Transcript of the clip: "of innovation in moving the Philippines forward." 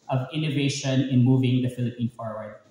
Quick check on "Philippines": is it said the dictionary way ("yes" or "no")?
no